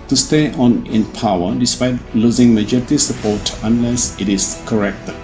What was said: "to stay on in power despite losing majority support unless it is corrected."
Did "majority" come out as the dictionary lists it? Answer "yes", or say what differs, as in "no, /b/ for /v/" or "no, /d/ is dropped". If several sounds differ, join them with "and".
yes